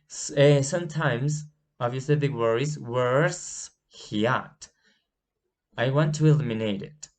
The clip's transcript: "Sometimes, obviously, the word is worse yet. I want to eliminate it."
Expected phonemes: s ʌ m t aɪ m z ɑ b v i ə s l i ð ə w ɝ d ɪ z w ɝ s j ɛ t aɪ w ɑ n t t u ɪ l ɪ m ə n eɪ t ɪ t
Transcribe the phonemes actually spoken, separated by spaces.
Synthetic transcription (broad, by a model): s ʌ m t aɪ m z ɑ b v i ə s l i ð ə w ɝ ɪ z w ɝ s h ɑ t aɪ w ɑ n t t u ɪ l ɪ m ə n eɪ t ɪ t